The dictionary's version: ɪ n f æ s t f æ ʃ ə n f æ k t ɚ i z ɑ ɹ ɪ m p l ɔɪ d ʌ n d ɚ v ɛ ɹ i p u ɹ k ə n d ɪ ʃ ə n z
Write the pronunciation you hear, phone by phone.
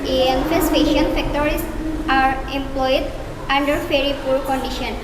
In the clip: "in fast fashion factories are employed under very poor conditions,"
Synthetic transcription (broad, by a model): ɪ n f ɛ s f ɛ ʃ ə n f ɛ k t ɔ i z ɑ ɹ ɪ m p l ɔɪ d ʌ n d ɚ f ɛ ɹ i p u ɹ k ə n d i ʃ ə n